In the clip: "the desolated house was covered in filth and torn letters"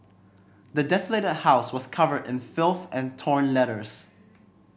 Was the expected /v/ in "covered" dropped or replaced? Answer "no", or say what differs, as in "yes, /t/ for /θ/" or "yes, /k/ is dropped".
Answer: no